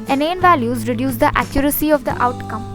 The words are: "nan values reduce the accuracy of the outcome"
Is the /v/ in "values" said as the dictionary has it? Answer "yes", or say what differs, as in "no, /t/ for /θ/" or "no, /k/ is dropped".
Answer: yes